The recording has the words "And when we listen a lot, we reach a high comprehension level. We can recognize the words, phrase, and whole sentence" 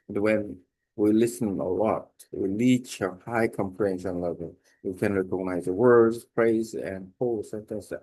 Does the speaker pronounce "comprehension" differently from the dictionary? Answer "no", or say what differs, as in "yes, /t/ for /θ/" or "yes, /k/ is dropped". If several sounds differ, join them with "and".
yes, /l/ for /ɹ/ and /s/ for /ʃ/